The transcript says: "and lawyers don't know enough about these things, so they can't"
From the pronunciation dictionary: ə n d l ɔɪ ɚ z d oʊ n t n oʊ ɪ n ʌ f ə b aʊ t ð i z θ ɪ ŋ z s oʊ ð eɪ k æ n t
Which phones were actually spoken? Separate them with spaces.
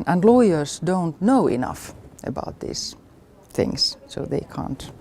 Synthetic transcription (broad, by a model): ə n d l ɔɪ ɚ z d oʊ n t n oʊ ɪ n ʌ f ə b aʊ t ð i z θ ɪ ŋ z s oʊ ð eɪ k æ n t